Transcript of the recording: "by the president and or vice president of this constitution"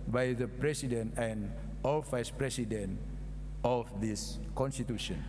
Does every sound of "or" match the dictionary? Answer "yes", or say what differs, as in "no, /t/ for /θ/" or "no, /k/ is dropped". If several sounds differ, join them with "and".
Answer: no, /l/ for /ɹ/